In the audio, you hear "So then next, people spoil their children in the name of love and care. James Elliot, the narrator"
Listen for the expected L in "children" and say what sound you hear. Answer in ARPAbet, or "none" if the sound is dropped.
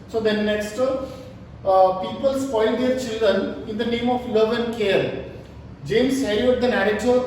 L